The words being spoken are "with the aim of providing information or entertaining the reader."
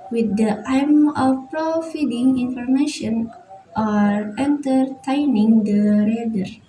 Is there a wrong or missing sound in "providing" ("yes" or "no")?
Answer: yes